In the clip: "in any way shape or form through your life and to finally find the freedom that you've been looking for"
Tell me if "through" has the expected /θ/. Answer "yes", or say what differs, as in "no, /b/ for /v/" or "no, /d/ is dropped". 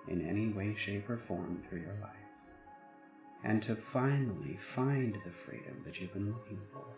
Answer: yes